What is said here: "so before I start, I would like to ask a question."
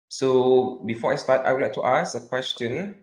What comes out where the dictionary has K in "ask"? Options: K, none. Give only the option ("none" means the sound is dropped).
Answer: none